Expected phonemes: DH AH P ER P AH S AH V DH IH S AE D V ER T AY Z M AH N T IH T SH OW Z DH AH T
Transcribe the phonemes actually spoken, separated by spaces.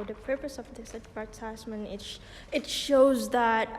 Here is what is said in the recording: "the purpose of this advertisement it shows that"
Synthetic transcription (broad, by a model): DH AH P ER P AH S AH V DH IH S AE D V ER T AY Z M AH N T IH T SH OW Z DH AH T